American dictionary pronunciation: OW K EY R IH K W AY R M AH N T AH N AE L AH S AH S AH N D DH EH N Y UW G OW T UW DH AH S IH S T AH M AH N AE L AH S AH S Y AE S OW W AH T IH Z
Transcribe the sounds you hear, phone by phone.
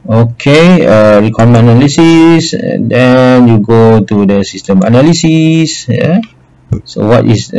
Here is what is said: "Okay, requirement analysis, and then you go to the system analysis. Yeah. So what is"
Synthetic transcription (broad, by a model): OW K EY R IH K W AY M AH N AH L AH S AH S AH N D EH N Y UW G OW T UW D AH S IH S T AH M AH N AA L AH S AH S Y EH S OW W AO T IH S